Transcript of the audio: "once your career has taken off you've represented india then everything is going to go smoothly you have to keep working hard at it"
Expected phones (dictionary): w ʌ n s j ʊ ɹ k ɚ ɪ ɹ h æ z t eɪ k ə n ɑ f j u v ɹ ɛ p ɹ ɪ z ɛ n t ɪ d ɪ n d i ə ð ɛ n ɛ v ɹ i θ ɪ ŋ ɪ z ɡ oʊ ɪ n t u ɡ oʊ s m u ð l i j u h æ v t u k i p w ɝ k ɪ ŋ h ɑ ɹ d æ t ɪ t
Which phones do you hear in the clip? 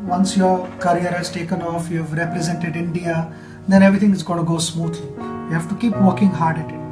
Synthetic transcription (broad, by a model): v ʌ n s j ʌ ɹ k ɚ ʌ ɹ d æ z t eɪ k ə n ɑ f j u v ɹ ɛ p ɹ ɪ z ɛ n t ɪ d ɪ n d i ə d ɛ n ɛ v ɹ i t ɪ ŋ ɪ z ɡ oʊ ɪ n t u ɡ oʊ s m u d l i j u h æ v t u k i p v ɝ k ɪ ŋ h ɑ ɹ d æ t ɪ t